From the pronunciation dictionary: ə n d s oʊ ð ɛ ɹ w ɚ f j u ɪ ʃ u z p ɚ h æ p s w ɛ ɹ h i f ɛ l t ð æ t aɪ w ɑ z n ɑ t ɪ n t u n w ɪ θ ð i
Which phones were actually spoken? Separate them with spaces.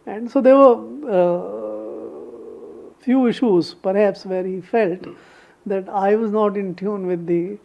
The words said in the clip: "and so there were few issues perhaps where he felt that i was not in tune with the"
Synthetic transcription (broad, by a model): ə n d s oʊ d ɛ ɹ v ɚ f j u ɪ ʃ u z p ɚ h æ p s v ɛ ɹ h i f ɛ l t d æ t aɪ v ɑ z n ɑ t ɪ n t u n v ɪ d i